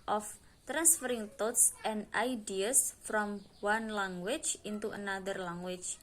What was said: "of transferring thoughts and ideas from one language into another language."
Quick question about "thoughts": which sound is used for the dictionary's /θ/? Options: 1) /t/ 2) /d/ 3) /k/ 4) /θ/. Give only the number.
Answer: 1